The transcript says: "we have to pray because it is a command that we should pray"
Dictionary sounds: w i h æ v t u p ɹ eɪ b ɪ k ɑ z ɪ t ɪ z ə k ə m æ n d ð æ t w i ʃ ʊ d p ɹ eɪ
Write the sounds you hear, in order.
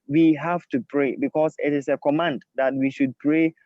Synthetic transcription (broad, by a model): w i h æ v t u p ɹ eɪ b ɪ k ɑ s ɪ t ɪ s ə k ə m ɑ n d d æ t w i ʃ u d p ɹ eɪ